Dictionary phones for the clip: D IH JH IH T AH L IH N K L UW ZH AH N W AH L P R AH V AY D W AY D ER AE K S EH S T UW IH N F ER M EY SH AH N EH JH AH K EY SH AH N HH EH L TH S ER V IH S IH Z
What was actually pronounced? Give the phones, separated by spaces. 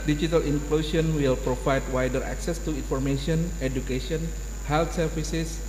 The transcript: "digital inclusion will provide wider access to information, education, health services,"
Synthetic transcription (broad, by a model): D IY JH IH T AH L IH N K L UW S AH N W AH L P R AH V AY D W AY D ER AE K S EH S T UW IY N F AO M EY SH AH N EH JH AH K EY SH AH N HH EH L T S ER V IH S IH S